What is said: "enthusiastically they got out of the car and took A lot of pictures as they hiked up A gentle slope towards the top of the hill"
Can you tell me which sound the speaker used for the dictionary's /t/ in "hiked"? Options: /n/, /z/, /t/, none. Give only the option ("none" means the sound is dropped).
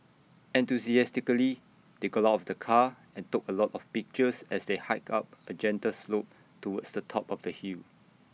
none